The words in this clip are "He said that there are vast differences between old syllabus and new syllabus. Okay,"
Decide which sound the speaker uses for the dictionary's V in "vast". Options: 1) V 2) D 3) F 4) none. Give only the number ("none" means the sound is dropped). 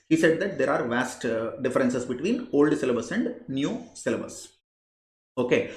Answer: 1